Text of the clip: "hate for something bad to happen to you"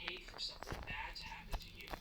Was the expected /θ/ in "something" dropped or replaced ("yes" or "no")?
no